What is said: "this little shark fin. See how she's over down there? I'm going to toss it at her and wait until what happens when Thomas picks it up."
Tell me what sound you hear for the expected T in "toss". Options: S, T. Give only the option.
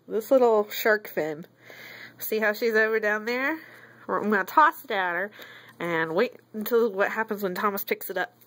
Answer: S